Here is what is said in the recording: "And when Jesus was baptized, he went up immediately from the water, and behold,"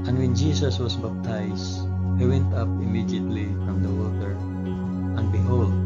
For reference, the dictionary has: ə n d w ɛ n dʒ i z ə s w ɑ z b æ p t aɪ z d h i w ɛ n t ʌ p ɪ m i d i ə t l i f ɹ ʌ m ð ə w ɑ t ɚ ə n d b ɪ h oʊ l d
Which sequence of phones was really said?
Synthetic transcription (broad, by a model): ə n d w ɛ n dʒ i s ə s w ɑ s b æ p t aɪ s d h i w ɛ n t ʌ p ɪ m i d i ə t l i f ɹ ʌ m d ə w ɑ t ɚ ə n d b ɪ h oʊ l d